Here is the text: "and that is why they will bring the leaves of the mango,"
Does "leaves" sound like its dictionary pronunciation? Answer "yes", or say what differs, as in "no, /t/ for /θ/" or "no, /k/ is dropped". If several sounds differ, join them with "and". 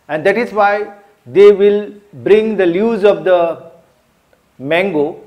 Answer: no, /v/ is dropped